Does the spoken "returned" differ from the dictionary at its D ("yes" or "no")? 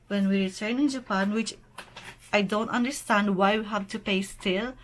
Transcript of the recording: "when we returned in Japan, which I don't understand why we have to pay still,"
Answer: yes